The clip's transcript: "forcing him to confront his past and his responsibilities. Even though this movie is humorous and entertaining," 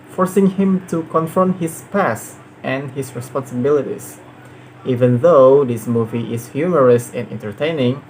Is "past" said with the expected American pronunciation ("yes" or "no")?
yes